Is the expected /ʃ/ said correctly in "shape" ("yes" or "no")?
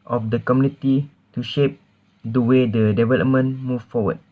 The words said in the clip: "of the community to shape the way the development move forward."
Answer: yes